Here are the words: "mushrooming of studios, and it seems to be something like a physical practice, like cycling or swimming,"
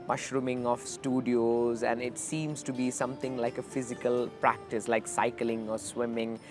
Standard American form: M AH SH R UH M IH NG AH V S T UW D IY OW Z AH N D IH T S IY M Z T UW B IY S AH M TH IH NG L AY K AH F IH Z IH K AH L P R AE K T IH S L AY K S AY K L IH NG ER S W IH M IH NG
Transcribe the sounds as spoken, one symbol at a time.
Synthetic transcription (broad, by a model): M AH SH R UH M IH NG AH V S T UW D IY OW Z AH N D IH T S IY M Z T UW B IY S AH M T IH NG L AY K AH F IH Z IH K AH L P R AE K T IH S L AY K S AY K L IH NG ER S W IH M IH NG